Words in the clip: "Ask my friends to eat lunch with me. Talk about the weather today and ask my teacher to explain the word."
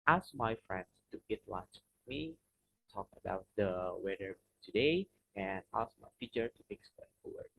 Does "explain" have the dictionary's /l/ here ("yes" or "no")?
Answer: no